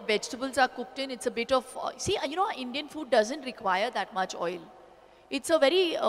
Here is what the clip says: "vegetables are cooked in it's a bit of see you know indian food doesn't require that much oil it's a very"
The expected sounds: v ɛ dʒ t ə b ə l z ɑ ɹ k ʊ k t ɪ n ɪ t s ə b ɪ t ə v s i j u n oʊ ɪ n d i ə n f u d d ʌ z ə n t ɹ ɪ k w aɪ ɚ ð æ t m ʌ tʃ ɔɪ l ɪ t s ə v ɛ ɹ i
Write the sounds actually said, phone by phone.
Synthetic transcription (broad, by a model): v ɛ dʒ t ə b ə l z ɑ ɹ k ʊ k t ɪ n ɪ t s ə b ɪ t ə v s i j u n oʊ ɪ n d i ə n f u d d ʌ z ə n t ɹ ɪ k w aɪ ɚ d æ t m ʌ tʃ ɔɪ l ɪ t s ə v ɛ ɹ i